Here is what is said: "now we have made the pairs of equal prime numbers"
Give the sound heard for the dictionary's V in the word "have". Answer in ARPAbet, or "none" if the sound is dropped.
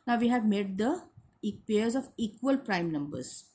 V